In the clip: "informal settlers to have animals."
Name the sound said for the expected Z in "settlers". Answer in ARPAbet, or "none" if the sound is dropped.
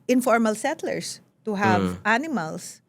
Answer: S